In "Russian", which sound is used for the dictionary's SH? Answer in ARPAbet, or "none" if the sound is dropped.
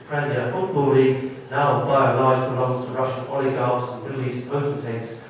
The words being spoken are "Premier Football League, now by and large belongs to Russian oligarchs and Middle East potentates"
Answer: SH